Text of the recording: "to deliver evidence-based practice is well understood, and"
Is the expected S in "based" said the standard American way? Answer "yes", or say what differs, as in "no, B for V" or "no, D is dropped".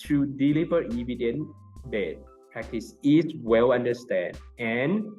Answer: no, S is dropped